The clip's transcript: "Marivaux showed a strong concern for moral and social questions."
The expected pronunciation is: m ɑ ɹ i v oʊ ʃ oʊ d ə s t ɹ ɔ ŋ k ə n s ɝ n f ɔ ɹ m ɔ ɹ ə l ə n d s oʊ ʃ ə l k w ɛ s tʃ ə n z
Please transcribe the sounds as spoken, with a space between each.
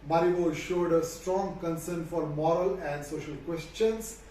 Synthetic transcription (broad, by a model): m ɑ ɹ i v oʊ ʃ oʊ d ə s t ɹ ɔ ŋ k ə n s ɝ n f ɔ ɹ m ɔ ɹ ə l ə n d s oʊ ʃ ə l k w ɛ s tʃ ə n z